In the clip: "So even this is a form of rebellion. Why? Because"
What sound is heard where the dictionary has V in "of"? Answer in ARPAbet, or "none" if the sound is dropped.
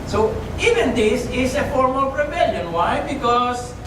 P